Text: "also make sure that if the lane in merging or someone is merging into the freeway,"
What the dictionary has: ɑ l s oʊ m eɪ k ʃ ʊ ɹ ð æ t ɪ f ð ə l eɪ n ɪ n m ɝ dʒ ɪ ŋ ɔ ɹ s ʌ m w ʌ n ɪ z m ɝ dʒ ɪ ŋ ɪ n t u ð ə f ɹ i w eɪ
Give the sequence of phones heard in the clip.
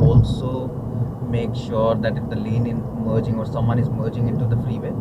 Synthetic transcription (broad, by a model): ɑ l s oʊ m eɪ k ʃ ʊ ɹ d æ t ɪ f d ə l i n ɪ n m ɝ dʒ ɪ ŋ ɔ ɹ s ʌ m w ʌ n ɪ z m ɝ dʒ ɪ ŋ ɪ n t u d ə f ɹ i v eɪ